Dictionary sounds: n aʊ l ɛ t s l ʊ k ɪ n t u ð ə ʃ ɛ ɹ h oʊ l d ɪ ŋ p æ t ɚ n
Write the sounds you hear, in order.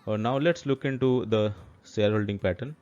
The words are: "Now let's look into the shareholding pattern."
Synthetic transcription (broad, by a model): n aʊ l ɛ t s l ʊ k ɪ n t u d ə s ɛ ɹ h oʊ l d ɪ ŋ p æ t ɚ n